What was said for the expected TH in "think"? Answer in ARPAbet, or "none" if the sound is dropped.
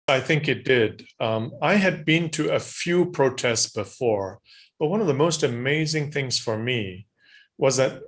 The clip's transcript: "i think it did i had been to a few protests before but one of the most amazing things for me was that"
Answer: TH